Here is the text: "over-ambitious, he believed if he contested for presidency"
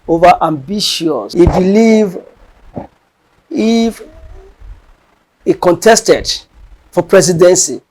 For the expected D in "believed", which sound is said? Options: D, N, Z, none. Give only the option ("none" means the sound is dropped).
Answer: none